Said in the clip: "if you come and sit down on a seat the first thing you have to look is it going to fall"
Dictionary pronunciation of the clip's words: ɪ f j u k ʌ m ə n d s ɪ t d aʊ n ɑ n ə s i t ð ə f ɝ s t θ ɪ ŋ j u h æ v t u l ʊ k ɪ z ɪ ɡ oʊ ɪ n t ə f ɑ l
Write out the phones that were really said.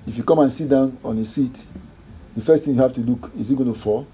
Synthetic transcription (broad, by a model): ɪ f j u k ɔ m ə n s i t d aʊ n ɑ n ə s i t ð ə f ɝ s t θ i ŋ j u h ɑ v t u l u k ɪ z ɪ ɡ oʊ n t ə f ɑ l